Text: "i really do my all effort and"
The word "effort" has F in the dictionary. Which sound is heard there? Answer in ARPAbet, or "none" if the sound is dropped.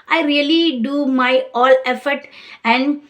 F